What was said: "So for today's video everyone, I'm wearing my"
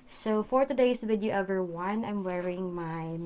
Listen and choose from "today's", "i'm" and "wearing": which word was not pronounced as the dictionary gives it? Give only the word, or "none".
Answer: today's